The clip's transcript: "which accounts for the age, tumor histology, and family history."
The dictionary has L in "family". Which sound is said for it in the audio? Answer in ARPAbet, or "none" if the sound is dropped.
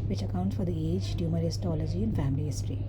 L